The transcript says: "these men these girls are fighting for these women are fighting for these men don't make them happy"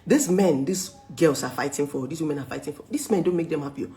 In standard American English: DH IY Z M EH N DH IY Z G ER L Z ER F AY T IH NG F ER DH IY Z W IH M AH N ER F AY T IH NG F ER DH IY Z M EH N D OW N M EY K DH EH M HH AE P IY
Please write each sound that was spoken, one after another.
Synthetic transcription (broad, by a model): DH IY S M EH N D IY S G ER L S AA F AY T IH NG F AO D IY S W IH M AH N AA F AY T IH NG F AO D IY S M EH N D OW N M EY K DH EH M HH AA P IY